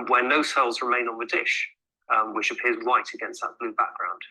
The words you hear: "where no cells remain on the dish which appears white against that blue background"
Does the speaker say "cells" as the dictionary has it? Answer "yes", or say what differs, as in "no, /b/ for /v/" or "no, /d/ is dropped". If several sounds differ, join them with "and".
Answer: yes